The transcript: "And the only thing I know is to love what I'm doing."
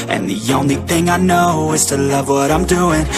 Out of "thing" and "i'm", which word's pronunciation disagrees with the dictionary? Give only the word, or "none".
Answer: none